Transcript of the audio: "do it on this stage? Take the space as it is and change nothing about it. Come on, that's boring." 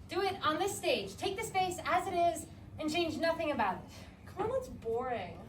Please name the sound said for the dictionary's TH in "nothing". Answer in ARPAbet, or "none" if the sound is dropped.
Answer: TH